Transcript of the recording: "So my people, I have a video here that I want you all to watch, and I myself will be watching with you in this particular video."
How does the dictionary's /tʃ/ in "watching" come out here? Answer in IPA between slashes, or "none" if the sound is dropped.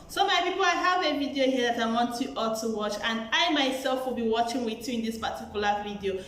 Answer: /tʃ/